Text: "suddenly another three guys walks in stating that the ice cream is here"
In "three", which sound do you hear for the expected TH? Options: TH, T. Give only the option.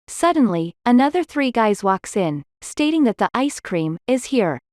TH